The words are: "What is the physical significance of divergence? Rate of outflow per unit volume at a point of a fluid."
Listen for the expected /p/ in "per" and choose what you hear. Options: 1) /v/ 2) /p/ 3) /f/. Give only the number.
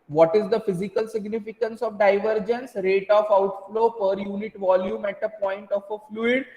2